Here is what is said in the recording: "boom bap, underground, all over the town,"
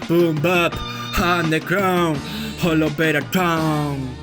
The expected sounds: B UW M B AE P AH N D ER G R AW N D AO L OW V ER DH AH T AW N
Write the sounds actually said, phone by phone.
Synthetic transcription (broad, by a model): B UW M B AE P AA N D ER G R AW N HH AO L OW B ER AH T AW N